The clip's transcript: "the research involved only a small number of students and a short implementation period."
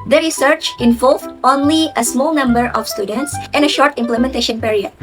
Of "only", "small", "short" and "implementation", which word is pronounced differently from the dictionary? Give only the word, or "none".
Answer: none